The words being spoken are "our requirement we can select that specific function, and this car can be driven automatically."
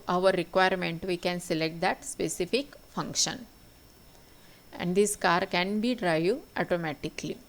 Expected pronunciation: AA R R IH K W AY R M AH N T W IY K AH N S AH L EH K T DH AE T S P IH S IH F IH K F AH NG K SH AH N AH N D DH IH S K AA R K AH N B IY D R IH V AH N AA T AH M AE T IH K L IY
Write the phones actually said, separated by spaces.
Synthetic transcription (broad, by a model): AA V R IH K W AY R M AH N T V IY K AH N S AH L EH K T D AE T S P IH S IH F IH K F AH NG K SH AH N AH N D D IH S K AA R K AH N B IY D R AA AH AA T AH M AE T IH K L IY